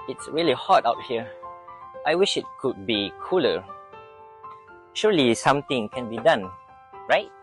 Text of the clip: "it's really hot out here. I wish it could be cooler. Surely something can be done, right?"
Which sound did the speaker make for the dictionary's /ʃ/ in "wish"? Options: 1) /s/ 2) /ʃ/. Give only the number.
2